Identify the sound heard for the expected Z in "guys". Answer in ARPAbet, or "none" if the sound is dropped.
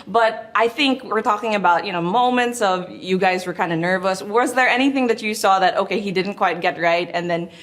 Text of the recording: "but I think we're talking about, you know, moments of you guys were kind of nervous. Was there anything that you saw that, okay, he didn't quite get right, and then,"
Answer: Z